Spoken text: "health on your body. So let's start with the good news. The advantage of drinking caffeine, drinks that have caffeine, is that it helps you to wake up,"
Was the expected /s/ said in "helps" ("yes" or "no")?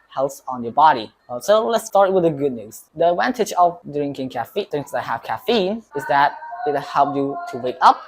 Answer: no